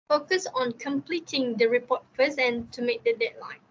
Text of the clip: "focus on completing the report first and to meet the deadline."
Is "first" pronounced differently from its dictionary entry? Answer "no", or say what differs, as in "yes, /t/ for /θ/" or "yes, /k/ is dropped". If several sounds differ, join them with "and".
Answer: yes, /t/ is dropped